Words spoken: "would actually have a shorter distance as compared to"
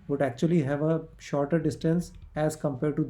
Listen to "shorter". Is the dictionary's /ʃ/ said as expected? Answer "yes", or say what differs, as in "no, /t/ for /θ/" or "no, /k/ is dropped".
yes